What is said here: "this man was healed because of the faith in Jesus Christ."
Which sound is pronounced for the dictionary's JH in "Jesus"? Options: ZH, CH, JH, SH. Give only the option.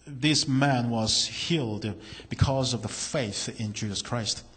JH